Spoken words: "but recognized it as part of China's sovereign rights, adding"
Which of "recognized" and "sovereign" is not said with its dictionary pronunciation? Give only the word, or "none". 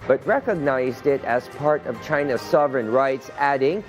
none